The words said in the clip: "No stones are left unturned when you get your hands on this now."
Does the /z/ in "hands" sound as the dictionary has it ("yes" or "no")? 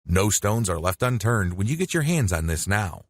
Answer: yes